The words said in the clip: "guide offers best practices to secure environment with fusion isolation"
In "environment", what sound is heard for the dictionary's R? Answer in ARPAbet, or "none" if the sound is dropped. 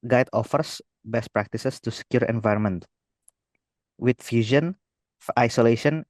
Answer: R